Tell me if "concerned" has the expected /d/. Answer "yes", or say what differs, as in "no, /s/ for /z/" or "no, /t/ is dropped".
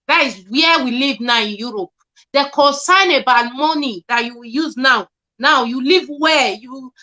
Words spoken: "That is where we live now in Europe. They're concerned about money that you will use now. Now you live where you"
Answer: no, /d/ is dropped